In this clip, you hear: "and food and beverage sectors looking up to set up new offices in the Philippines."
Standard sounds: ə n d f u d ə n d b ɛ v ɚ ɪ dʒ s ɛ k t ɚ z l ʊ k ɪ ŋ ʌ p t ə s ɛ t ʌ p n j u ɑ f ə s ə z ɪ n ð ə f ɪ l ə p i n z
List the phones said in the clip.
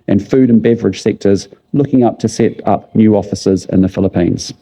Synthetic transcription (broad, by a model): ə n f u d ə n b ɛ v ɚ ɪ dʒ s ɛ k t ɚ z l ʊ k ɪ ŋ ʌ p t ə s ɛ t ʌ p n j u ɑ f ə s ə z ɪ n ð ə f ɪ l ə p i n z